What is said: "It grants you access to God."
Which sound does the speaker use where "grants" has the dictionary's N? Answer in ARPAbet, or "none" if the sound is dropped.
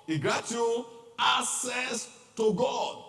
none